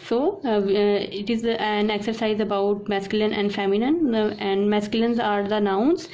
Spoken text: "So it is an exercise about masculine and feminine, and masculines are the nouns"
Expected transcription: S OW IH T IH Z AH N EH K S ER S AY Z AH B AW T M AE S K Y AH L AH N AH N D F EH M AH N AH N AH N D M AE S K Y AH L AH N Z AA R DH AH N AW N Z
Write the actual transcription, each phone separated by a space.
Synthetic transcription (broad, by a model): S OW IH T IH Z AH N EH K S ER S AY Z AH B AW T M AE S K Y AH L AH N AH N D F EH M AH N AH N AH N D M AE S K Y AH L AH N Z AA R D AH N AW N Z